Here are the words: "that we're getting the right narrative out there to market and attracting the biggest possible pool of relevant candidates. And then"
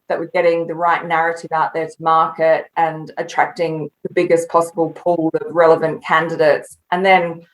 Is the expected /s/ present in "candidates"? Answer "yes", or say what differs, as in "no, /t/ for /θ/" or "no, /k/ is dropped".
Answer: yes